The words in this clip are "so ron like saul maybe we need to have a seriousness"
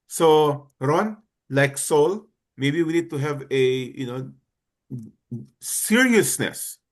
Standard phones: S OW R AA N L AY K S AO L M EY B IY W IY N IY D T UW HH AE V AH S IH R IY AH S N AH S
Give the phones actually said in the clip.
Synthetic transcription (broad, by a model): S OW R AA N L AY K S AO L M EY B IY W IY N IY D T UW HH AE V AH S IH R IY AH S N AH S